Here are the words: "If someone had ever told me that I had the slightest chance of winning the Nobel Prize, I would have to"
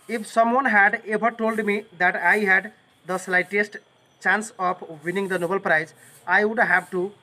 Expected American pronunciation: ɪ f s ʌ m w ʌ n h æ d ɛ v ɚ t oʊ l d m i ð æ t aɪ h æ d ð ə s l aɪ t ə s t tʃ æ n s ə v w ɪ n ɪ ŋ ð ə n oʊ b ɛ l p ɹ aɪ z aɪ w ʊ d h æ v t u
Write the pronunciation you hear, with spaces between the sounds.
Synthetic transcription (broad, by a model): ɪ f s ʌ m w ʌ n h æ d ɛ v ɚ t oʊ l d m i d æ t aɪ h æ d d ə s l aɪ t ə s t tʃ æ n s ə p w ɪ n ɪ ŋ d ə n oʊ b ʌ l p ɹ aɪ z aɪ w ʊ d h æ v t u